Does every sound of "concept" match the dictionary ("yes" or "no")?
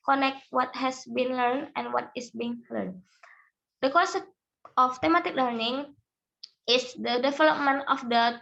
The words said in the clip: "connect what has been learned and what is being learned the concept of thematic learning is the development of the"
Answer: no